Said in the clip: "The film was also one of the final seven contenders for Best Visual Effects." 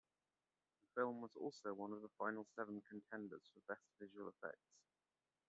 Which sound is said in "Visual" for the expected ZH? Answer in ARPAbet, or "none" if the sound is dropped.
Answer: ZH